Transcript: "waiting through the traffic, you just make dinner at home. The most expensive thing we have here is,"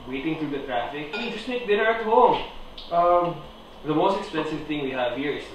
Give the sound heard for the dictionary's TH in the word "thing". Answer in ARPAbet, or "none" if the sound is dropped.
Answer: T